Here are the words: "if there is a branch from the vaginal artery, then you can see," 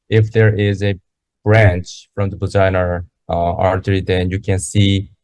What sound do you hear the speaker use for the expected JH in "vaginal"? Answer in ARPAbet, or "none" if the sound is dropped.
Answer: Z